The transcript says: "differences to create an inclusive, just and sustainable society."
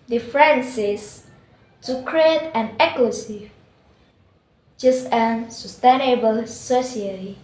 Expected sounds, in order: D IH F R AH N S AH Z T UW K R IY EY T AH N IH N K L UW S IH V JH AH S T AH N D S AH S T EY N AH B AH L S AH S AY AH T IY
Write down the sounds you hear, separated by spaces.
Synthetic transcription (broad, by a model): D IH F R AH N S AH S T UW K R IY EY T AH N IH K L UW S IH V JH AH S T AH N S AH S T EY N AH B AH L S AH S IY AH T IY